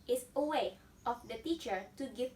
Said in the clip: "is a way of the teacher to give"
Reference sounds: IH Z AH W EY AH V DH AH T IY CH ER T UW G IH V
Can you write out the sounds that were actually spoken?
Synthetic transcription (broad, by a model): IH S AH W EY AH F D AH T IY CH ER T UW G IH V